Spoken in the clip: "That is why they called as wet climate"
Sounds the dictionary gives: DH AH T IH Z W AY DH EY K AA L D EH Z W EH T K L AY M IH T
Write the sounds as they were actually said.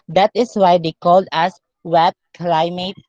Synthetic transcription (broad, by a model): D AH T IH S W AY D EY K AA L D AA S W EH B K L AY M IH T